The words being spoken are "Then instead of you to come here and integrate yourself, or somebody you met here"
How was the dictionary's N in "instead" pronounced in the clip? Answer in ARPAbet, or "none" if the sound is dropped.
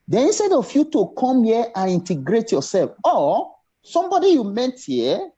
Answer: N